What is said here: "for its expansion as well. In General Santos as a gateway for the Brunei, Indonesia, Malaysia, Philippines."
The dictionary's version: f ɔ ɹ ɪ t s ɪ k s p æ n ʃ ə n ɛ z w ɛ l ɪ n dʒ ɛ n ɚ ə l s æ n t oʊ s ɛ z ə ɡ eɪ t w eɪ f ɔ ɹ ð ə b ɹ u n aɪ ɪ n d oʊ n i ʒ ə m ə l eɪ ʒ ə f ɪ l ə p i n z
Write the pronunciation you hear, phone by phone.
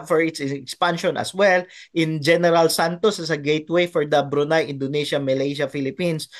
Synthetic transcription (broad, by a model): f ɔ ɹ ɪ t s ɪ k s p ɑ n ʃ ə n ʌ s w ɛ l ɪ n dʒ ɛ n ɚ ə l s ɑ n t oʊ s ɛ s ə ɡ eɪ t w eɪ f ɔ ɹ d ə b ɹ u n aɪ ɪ n d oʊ n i ʃ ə m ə l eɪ ʃ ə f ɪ l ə p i n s